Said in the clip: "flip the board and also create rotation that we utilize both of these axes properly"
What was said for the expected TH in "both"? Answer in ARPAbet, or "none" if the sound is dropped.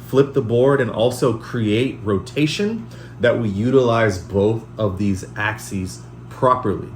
TH